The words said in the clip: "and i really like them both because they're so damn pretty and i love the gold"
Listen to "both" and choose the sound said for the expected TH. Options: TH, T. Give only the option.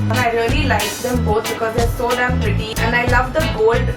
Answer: T